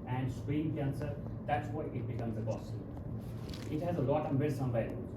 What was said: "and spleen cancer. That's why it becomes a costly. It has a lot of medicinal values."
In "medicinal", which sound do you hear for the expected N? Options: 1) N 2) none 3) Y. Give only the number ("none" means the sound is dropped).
2